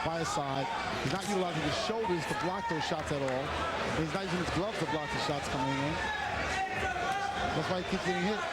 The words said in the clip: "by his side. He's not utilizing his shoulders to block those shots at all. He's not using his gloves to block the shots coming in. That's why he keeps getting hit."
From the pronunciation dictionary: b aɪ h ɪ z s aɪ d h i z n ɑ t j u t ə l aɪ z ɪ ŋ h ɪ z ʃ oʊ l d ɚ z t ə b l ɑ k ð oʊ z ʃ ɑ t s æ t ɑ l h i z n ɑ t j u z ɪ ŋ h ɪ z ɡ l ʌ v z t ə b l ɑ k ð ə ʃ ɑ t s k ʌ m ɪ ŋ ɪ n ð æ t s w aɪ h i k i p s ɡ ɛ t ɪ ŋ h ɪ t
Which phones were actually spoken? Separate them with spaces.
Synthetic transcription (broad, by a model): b aɪ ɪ s aɪ d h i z n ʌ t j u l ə ʊ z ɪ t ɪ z ʃ oʊ l d ɚ z t ə b l ɑ k ð oʊ z ʃ ɑ t s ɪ t ɑ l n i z n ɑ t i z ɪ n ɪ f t l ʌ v t ə b l ɑ k ð ə ʃ ɑ t s k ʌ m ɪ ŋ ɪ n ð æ t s w aɪ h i k i p s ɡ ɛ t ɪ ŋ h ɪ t